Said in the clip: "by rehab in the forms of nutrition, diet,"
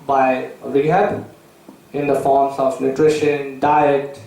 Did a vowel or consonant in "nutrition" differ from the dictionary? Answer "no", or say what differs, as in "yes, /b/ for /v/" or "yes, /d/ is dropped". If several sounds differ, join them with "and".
no